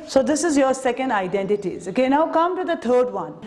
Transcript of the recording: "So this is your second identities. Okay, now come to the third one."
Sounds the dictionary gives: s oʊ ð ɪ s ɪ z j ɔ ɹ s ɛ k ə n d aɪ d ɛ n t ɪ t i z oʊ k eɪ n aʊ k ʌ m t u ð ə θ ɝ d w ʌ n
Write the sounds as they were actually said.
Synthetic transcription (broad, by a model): s oʊ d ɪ s ɪ z j ɔ ɹ s ɛ k ə n d aɪ d ɛ n t ɪ t i z oʊ k eɪ n aʊ k ʌ m t u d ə t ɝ d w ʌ n